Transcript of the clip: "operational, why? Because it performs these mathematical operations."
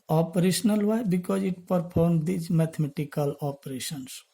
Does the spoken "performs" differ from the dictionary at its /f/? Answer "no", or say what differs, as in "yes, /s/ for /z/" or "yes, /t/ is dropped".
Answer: yes, /p/ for /f/